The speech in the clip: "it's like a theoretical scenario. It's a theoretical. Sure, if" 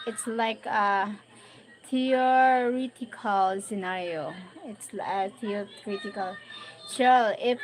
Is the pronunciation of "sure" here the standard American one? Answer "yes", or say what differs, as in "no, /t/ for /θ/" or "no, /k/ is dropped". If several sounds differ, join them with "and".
no, /l/ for /ɹ/